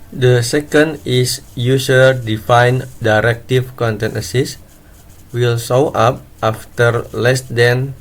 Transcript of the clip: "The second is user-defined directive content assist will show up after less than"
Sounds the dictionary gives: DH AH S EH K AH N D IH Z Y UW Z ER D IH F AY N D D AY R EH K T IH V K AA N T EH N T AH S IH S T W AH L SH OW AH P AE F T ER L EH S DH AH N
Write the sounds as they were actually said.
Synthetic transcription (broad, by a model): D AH S EH K AH N D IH S Y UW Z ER D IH F AY N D D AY R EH K T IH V K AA N T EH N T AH S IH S W AH L S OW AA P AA F T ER L EH S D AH N